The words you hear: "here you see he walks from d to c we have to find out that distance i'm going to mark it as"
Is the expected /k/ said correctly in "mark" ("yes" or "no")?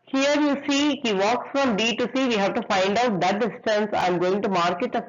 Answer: yes